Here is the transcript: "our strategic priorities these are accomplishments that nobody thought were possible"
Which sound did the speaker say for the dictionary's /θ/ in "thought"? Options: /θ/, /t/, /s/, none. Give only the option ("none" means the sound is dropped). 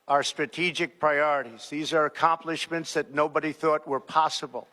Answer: /θ/